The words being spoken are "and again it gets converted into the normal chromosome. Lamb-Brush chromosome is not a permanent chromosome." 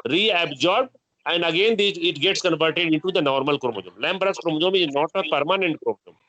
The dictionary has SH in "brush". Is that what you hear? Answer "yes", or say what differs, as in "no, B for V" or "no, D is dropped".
no, S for SH